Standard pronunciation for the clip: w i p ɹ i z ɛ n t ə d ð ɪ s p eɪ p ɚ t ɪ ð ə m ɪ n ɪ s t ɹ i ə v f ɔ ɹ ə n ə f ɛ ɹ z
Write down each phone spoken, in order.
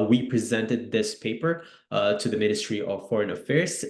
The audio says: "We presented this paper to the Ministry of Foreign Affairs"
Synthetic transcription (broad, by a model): w i p ɹ i z ɛ n t ə d ð ɪ s p eɪ p ɚ t ɪ ð ə m ɪ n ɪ s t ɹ i ə v f ɔ ɹ ə n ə f ɛ ɹ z